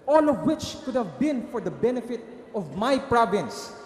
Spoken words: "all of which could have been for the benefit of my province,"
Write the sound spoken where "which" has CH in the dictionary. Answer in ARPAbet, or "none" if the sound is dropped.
CH